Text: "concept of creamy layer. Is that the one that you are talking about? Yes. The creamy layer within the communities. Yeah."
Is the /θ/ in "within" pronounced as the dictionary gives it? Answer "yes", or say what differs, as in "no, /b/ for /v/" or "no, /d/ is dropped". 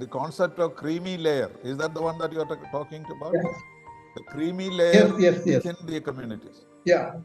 no, /s/ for /θ/